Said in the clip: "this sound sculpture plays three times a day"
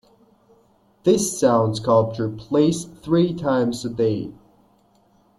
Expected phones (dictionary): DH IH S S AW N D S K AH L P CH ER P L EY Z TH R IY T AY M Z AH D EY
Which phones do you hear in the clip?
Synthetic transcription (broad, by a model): DH IH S S AW N D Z K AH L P CH ER P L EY S TH R IY T AY M Z AH D EY